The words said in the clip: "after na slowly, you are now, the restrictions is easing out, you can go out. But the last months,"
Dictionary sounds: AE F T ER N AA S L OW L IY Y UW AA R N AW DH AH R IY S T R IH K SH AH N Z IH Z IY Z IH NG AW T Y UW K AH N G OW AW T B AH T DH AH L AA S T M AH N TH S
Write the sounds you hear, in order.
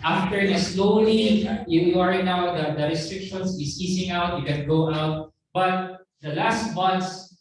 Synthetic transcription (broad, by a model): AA F T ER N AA S L OW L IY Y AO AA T N AW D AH R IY S T R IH K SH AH N S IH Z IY S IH NG AW T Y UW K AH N G OW AW T B AH T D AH L AA S T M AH N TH S